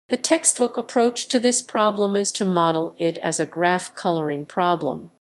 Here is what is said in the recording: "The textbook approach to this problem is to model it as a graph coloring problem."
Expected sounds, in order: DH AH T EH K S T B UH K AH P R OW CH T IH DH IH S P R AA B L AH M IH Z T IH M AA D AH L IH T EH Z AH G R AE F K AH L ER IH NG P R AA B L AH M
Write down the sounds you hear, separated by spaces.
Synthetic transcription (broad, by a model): DH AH T EH K S T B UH K AH P R OW CH T IH DH IH S P R AA B L AH M IH Z T IH M AA D L IH T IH Z AH G R AE F K AH L ER IH NG P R AA B L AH M